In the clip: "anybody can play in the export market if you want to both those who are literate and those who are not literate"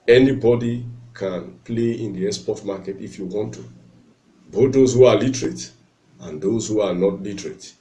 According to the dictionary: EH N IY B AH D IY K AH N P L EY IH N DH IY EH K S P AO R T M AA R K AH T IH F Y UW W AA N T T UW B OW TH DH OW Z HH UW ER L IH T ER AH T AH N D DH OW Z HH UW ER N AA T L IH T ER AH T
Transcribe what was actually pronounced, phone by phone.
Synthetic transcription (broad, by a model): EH N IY B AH D IY K AH N P L EY IH N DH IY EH S P AO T M AA K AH T IH F Y UW W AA N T T UW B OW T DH OW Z HH UW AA L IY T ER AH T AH N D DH OW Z HH UW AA N AA T L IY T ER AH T